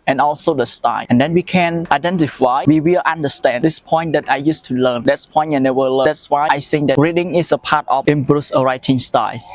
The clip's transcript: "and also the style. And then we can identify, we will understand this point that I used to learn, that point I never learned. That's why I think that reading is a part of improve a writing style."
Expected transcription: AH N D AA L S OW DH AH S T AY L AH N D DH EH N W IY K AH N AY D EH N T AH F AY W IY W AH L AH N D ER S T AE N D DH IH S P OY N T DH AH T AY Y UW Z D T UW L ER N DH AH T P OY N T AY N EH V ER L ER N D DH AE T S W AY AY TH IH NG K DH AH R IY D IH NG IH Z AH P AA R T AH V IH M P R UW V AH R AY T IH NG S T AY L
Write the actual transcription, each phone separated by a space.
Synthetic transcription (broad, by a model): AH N AA L S OW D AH S T AY AH N D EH N W IY K AH N AY D EH N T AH F AY W IY W AH L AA N D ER S T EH N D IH S P OY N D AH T AY Y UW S T UW L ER N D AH T P OY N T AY N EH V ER L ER D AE T S W AY AY S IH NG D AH R IY D IH NG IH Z AH P AA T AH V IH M B R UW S AH R AY T IH NG S T AY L